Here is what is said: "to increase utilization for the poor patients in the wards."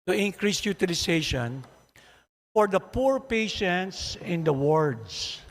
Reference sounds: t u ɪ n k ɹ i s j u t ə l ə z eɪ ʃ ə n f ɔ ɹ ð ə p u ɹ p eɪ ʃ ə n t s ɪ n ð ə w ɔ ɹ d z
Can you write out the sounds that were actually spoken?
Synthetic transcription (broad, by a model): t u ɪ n k ɹ i s j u t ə l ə s eɪ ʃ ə n f ɔ ɹ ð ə p u ɹ p eɪ ʃ ə n t s ɪ n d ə w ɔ ɹ d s